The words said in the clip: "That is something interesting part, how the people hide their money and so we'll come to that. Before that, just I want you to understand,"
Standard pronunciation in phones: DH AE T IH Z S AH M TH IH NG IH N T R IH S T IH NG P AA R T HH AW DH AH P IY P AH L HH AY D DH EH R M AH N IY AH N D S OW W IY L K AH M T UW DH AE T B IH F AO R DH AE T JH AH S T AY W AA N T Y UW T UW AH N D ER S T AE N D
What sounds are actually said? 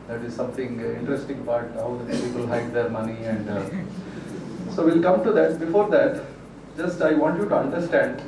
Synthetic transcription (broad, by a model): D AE T IH Z S AH M T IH NG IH N T R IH S T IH NG B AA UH T HH AW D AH P IY P AH L HH AY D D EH R M AH N IY AH N D S OW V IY L K AH M T UW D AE T B IH F AO R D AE T JH AH S T AY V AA N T Y UW T UW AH N D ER S T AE N D